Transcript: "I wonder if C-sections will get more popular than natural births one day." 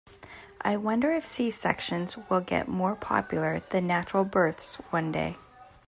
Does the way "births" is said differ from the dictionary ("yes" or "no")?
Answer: no